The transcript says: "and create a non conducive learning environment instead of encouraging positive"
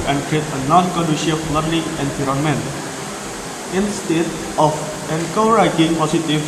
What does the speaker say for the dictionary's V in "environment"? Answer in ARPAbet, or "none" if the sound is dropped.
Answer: P